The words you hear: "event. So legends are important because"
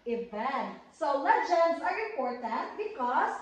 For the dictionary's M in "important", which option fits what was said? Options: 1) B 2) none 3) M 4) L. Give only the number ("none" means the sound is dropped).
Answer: 2